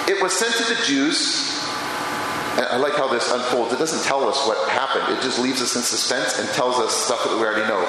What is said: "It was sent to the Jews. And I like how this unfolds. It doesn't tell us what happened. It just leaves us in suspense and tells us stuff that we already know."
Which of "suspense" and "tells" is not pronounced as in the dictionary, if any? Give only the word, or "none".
none